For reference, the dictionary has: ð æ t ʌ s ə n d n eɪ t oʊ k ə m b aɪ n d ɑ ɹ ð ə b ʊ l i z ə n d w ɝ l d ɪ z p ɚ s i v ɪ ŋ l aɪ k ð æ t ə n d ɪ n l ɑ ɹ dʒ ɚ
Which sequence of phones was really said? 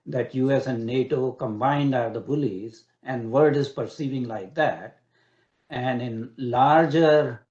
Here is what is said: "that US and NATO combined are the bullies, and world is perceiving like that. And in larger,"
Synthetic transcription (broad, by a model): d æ t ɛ s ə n n eɪ t oʊ k ə m b aɪ n d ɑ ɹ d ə b ʊ l i z ə n d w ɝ d ɪ z p ɚ s i v ɪ ŋ l aɪ k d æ t ə n d ɪ n l ɑ ɹ dʒ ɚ